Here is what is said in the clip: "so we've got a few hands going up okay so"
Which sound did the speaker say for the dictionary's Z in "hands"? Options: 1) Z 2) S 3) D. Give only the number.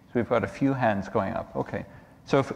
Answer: 1